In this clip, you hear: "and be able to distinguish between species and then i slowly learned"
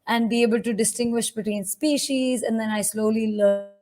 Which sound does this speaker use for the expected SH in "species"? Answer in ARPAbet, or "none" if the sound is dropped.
SH